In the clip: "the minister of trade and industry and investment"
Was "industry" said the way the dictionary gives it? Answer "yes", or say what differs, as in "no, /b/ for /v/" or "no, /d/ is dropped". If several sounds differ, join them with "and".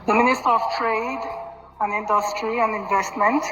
yes